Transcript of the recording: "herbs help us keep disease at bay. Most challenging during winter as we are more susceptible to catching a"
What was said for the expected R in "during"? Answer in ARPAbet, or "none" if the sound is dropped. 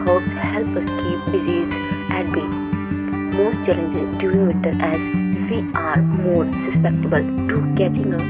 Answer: none